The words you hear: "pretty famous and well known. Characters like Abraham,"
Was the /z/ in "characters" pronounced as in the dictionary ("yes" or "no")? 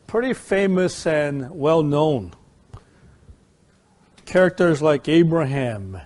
yes